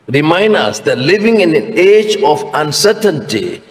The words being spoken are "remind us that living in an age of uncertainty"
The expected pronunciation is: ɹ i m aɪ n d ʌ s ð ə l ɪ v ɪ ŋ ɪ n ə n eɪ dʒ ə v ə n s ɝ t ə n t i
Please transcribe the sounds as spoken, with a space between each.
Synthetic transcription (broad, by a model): ɹ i m aɪ n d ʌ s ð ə l ɪ v ɪ ŋ ɪ n ə n eɪ dʒ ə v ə n s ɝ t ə n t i